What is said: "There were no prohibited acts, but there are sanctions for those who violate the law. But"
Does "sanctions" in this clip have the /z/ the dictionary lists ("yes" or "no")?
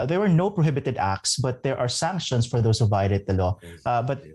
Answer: no